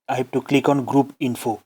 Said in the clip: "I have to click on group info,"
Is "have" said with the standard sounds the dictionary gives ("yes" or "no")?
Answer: no